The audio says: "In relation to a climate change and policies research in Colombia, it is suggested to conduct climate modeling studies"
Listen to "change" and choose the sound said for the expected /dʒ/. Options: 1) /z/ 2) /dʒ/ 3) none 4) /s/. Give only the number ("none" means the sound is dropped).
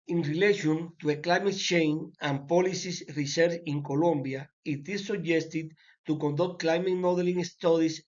3